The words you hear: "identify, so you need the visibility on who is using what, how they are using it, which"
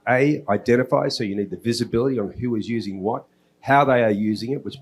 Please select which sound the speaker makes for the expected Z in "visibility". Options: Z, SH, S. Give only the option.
Z